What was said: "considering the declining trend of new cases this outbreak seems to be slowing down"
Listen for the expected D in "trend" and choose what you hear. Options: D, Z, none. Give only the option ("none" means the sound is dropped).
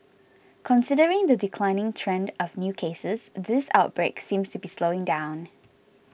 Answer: D